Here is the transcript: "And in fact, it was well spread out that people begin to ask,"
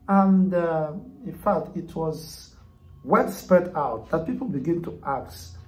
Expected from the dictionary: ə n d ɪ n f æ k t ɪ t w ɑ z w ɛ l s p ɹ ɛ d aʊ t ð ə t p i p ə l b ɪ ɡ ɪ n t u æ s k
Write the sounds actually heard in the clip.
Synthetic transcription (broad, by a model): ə n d ɪ n f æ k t ɪ t w ɑ z w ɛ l s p ɛ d aʊ t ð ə t p i p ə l b ɪ ɡ ɪ n t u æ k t